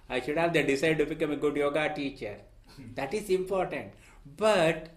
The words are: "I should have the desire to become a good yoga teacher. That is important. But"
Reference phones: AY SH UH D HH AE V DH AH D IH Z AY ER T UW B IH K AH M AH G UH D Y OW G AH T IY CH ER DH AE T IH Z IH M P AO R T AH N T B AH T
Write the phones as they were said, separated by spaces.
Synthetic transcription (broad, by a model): AY SH UH D HH AE V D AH D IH S AY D T UW B IH K AH M AH G UH D Y OW G AH T IY CH ER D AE T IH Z IH M P AO R T AH N T B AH T